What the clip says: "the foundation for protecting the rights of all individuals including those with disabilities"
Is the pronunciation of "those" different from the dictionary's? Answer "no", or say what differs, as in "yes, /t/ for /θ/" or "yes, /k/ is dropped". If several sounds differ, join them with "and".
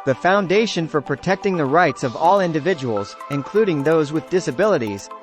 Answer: no